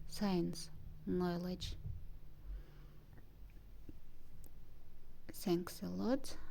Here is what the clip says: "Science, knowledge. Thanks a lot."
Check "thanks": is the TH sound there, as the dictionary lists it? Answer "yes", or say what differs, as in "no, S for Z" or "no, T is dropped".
no, S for TH